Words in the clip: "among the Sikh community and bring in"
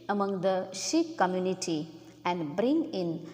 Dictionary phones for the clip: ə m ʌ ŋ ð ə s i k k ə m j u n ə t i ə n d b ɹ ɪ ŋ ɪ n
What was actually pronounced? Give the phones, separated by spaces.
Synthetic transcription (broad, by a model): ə m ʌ ŋ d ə ʃ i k k ə m j u n ə t i ə n d b ɹ ɪ ŋ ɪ n